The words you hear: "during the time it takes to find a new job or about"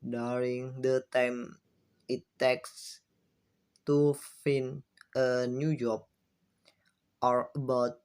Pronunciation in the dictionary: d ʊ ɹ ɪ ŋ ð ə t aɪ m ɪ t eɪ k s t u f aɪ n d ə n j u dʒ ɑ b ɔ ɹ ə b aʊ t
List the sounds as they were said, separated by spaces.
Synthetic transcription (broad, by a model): d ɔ ɹ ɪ ŋ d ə t aɪ m ɪ t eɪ k s t u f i n ə n j u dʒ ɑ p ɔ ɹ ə b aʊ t